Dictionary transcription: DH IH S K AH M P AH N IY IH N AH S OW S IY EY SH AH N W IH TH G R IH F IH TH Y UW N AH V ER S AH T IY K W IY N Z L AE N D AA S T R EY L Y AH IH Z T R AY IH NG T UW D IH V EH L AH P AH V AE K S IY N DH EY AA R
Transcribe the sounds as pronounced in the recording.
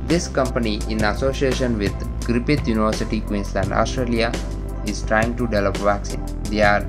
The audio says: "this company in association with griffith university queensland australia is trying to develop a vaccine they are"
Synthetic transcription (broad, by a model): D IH S K AH M P AH N IY IH N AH S OW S IY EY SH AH N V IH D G R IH P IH T Y UW N AH V ER S AH T IY K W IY N S L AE N D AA S T R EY L Y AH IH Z T R AY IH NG T UW D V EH L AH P V AE K S IY N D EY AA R